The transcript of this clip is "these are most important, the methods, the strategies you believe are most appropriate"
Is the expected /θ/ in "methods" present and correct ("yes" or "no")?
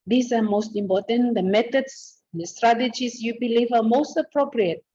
no